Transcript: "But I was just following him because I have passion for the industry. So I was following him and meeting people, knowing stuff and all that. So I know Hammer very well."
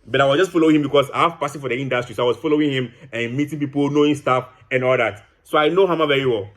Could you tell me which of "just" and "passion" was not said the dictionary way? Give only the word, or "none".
passion